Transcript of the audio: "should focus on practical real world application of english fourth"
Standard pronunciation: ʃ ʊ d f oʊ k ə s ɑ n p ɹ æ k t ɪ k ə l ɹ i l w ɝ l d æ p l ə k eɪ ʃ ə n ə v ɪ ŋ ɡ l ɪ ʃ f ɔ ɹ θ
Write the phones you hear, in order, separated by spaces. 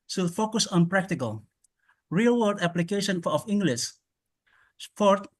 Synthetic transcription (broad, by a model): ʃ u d f oʊ k ə s ɑ n p ɹ æ k t ɪ k ə l ɹ i l w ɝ d æ p l ə k eɪ ʃ ə n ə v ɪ ŋ ɡ l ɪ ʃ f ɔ ɹ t